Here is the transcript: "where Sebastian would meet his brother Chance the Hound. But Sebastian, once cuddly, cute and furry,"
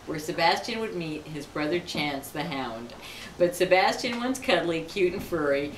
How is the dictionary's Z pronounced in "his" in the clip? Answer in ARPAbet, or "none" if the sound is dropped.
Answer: Z